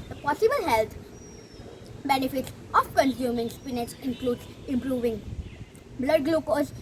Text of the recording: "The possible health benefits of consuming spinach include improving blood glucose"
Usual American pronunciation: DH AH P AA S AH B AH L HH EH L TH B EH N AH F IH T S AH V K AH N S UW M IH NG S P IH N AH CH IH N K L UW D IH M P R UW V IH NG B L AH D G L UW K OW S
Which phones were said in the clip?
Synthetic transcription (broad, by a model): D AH P AA S AH B AH L HH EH L T B EH N AH F IH T S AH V K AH N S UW M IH NG S P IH N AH S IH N K L UW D IH M P R UW V IH NG B L AH D G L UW K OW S